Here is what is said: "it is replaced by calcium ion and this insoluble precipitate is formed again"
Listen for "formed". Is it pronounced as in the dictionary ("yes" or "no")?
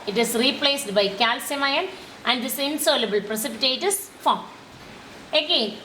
no